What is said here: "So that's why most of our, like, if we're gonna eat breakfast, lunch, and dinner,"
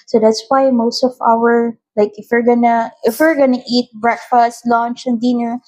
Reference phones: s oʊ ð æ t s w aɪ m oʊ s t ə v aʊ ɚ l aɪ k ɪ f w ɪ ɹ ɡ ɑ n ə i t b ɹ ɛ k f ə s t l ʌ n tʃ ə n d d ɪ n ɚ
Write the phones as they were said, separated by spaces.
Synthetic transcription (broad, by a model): s oʊ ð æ t s w aɪ m oʊ s t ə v aʊ ɚ l aɪ k ɪ f w ɪ ɹ ɡ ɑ n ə i t b ɹ ɛ k f ə s t l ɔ n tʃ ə n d d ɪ n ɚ